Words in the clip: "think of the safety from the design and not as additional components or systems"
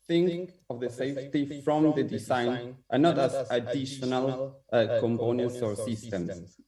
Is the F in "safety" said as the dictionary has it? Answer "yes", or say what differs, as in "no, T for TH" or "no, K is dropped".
yes